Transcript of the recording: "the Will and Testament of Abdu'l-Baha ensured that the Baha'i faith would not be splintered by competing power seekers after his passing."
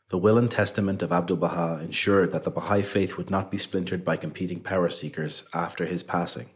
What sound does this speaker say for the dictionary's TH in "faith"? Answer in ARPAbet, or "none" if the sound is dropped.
TH